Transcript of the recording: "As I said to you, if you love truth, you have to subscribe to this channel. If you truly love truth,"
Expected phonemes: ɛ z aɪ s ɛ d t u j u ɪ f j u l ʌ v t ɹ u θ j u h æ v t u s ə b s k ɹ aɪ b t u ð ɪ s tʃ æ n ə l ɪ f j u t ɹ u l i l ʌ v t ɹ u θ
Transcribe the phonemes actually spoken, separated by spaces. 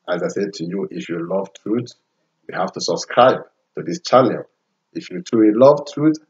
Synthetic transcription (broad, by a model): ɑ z aɪ s ɛ d t u j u ɪ f j u l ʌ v t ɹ u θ j u h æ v t u s ə b s k ɹ aɪ b t u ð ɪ s tʃ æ n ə l ɪ f j u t u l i l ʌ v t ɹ u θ